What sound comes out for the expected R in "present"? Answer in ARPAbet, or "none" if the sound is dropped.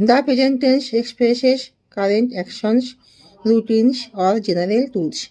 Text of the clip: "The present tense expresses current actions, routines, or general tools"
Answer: none